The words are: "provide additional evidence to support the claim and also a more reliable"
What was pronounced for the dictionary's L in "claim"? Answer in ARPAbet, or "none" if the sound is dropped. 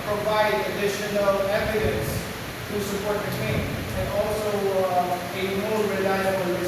none